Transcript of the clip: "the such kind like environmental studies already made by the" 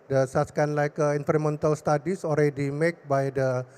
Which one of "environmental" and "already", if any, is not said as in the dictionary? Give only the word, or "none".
environmental